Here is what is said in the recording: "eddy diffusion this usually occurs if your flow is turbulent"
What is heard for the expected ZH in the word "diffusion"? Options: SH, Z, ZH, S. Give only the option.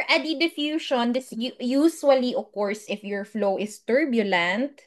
SH